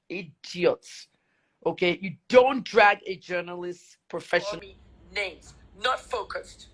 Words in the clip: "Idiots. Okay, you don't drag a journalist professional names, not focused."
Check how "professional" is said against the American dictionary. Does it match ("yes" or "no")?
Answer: no